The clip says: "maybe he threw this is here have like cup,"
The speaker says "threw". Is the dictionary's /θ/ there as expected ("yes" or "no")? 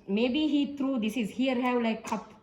no